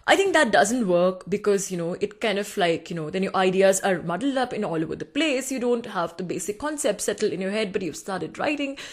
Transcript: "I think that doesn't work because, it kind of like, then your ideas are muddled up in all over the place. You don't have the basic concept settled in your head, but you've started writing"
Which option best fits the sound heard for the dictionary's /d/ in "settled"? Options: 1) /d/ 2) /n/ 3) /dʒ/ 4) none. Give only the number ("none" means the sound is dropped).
4